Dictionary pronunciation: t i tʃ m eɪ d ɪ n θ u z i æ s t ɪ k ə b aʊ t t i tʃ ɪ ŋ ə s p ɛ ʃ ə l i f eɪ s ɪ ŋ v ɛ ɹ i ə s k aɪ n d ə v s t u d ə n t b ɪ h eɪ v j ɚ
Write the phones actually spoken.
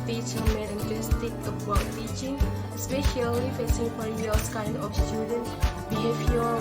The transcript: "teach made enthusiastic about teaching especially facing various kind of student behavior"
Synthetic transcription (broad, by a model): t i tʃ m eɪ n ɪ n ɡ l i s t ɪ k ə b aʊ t t i tʃ ɪ ŋ s p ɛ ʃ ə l i f eɪ s ɪ ŋ f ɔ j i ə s k aɪ n d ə f s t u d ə n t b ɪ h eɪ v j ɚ